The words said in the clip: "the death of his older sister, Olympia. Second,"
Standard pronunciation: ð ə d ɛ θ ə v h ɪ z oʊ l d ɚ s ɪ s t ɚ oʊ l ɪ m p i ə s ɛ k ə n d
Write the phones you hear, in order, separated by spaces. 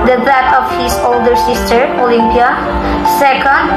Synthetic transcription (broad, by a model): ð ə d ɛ t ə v h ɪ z oʊ l d ɚ s ɪ s t ɚ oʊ l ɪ m p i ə s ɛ k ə n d